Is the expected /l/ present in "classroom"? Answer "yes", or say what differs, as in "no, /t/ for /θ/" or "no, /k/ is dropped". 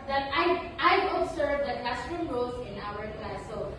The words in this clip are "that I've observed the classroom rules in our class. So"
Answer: no, /l/ is dropped